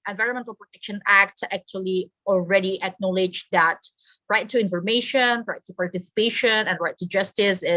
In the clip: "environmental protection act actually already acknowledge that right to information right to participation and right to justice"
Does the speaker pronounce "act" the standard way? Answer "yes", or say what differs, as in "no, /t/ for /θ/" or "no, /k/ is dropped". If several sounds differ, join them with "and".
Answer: yes